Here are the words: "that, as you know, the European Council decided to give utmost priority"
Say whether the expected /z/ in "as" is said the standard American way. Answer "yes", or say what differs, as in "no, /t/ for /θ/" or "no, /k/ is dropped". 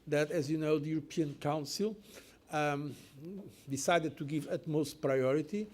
yes